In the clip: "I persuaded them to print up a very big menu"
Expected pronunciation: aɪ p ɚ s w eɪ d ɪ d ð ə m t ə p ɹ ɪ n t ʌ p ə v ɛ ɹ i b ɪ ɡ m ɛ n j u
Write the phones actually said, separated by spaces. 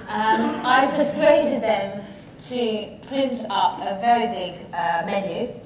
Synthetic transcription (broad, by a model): aɪ p ɚ s w eɪ d ɪ d ð ə m t ə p l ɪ n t ʌ p ə v ɛ ɹ i b ɪ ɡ m ɛ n j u